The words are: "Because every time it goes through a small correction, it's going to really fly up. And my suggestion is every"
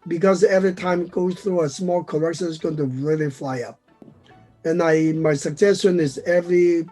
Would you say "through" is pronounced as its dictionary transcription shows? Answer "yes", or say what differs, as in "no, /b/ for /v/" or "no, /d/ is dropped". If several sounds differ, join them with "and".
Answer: yes